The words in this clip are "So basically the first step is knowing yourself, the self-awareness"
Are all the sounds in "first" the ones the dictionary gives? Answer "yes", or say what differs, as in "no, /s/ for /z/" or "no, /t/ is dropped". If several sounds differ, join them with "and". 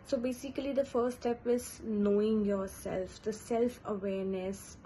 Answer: no, /s/ is dropped